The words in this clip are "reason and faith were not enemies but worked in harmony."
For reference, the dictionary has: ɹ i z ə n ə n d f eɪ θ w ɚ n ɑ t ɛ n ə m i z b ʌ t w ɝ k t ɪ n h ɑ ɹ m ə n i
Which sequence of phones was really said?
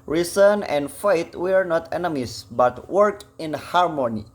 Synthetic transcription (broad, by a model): ɹ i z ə n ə n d f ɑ t w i n ɑ t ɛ n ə m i s b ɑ t w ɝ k ɪ n h ɑ ɹ m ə n i